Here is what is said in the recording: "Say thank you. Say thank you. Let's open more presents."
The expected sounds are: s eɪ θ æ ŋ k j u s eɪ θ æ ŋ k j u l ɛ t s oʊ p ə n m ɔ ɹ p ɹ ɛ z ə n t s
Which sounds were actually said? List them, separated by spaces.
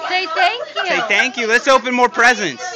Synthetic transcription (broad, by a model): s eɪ t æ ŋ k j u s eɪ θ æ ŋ k j u l ɛ t s oʊ p ə n m ɔ ɹ p ɹ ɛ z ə n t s